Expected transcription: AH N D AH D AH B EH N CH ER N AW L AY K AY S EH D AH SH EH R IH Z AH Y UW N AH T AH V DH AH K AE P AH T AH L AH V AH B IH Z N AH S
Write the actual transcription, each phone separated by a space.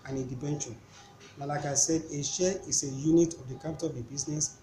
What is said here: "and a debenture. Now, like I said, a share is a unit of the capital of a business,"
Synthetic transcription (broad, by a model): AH N AH D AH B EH N SH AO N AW L AY K AY S EH D AH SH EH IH S AH Y UW N AH T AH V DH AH K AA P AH T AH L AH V AH B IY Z N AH S